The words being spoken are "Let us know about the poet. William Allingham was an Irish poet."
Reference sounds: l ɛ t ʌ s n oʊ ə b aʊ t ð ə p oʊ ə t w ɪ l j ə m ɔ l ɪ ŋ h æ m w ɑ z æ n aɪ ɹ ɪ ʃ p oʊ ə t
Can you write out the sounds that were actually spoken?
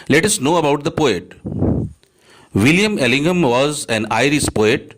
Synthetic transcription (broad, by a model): l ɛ t ʌ s n oʊ ə b aʊ t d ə p oʊ ə t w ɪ l j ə m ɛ l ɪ ŋ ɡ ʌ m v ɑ z æ n aɪ ɹ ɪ s p oʊ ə t